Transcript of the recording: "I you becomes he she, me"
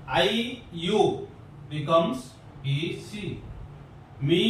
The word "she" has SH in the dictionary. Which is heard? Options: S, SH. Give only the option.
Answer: S